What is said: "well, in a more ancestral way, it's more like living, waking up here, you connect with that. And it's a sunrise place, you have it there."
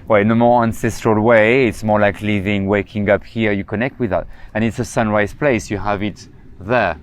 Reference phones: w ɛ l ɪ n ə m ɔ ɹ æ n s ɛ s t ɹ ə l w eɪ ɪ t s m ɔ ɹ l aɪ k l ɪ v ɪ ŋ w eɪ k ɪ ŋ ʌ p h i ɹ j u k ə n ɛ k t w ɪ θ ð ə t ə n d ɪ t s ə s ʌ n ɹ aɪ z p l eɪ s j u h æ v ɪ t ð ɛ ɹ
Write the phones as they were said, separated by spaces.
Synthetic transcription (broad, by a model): w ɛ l n ə m ɔ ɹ æ n s ɛ s t ɹ ə l w eɪ ɪ t s m ɔ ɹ l aɪ k l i v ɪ ŋ w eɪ k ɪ ŋ ʌ p h i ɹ j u k ə n ɛ k t w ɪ ð ə t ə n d ɪ t s ə s ʌ n ɹ aɪ z p l eɪ s j u h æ v ɪ t ð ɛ ɹ